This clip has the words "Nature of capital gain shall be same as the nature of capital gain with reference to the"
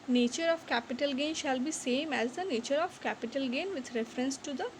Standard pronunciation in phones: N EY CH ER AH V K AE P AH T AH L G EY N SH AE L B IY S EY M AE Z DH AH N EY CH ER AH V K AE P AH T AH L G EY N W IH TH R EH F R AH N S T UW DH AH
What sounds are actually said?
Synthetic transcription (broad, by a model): N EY CH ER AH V K AE P AH T AH L G EY N SH AE L B IY S EY M AE Z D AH N EY CH ER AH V K AE P AH T AH L G EY N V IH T R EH F R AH N S T UW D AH